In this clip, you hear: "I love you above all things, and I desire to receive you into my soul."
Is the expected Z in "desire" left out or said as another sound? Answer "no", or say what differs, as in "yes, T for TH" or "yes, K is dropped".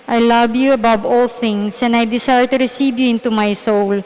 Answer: yes, S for Z